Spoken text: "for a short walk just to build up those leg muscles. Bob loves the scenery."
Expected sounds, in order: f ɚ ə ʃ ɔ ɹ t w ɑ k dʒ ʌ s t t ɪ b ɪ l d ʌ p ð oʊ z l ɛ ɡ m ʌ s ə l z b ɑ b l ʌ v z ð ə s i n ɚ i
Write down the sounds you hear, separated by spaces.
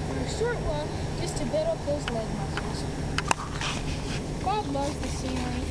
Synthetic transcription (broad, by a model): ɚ ə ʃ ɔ ɹ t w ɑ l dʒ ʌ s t t ɪ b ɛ d ʌ p ð oʊ z l ɛ ɡ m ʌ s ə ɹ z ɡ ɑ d l ʌ v z ð ə s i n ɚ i